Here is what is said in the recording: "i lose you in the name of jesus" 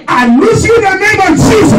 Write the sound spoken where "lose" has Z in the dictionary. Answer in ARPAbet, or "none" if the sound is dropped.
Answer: S